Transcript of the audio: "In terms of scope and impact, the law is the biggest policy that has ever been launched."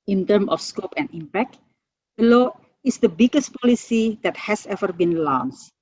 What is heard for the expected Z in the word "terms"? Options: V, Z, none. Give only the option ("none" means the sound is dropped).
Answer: none